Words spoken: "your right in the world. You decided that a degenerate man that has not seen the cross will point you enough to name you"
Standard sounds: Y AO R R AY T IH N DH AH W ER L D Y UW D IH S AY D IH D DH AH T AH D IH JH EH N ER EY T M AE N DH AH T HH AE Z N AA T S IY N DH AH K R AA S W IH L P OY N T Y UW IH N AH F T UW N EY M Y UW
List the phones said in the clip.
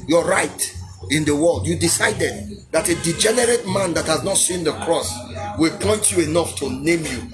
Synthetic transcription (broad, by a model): Y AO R R AY T IH N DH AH W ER L D Y UW D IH S AY D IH D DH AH T AH D IH JH EH N ER EY T M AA N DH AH T HH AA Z N AA T S IY N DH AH K R AA S W IH L P OY N T Y UW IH N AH F T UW N EY M Y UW